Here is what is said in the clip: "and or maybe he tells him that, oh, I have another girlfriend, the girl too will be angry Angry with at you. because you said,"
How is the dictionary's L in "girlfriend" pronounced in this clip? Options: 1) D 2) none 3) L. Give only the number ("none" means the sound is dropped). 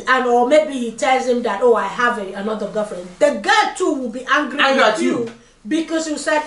2